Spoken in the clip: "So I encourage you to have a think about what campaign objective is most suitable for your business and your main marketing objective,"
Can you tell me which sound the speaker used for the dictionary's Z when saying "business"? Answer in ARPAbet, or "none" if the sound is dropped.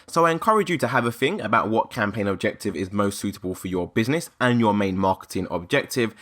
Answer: Z